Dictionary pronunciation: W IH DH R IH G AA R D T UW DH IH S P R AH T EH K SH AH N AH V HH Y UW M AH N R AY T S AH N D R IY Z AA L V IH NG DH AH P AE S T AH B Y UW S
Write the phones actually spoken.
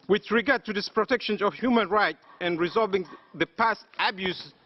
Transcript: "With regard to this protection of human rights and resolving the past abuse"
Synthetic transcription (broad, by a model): W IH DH R IH G AA R D T UW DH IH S P R AH T EH K SH AH N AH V HH Y UW M AH N R AY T AH N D R IY Z AA L V IH NG DH AH P AE S T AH B Y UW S